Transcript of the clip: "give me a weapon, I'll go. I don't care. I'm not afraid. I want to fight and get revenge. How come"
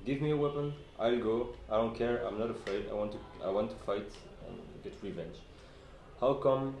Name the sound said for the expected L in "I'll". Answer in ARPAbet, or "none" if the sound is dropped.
L